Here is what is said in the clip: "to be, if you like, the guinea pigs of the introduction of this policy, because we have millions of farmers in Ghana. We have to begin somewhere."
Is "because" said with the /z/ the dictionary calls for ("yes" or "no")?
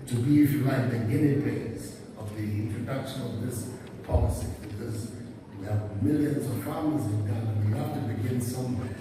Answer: yes